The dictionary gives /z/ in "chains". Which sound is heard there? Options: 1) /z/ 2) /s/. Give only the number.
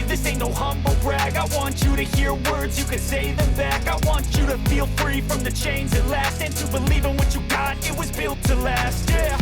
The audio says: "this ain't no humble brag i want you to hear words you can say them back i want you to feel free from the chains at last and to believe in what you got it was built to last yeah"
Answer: 1